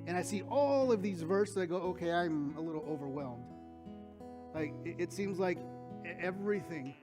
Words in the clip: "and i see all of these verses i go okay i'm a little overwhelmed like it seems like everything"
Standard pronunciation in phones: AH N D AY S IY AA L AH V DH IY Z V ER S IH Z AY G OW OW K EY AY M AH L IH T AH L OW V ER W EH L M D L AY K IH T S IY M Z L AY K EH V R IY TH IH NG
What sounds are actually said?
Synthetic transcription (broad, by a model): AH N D AY S IY AA L AH V DH IY Z V ER S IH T G OW OW K EY AY M AH L IH T L OW V ER W EH L M D L AY K IH T S IY M Z L AY K EH V R IY TH IH NG